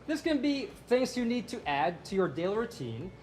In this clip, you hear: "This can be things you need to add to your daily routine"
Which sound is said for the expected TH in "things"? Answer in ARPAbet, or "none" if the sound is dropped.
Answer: TH